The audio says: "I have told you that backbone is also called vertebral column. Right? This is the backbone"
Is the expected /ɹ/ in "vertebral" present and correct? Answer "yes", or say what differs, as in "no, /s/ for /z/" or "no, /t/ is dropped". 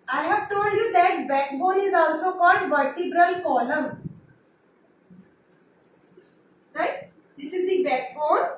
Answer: yes